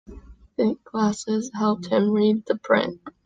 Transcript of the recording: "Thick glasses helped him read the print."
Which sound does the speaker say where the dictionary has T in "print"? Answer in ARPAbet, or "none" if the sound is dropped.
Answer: T